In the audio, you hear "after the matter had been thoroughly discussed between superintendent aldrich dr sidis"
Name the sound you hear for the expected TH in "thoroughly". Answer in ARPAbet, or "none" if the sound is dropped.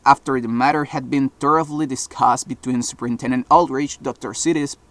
T